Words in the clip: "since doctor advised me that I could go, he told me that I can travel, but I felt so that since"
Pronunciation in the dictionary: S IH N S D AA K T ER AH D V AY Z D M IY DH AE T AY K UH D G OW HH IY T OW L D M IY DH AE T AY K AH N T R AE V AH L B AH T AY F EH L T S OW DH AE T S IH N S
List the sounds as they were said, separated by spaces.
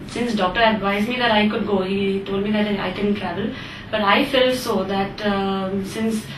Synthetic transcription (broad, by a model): S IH N S D AA K T ER AH D V AY Z D M IY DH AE T AY K UH D G OW HH IY T OW L D M IY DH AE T AY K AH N T R AE V AH L B AH T AY F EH L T S OW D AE T S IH N S